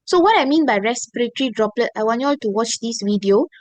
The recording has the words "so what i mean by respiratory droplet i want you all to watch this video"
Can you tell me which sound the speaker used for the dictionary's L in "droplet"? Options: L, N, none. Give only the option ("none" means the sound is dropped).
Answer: L